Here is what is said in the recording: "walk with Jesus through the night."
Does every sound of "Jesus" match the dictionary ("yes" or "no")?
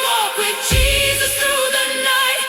yes